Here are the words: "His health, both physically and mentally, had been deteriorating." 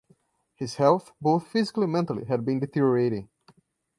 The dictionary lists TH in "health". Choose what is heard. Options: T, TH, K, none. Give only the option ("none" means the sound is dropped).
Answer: TH